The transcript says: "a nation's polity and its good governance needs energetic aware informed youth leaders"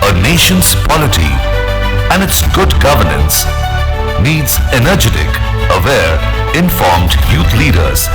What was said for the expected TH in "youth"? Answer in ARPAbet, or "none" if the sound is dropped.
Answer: T